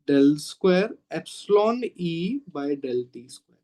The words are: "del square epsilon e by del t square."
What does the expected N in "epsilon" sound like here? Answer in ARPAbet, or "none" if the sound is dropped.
N